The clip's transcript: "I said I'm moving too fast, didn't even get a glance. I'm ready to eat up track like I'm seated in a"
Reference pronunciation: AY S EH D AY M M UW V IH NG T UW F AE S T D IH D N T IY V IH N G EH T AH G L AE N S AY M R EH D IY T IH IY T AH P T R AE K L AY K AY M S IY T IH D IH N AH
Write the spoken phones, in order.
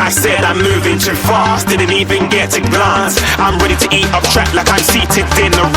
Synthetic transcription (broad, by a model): AY S EH D AY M M UW V IH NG T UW F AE S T D IH D N T IY V IH N G EH T AH G L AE S AY M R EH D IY T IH IY T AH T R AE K L AY K AY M S IY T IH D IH N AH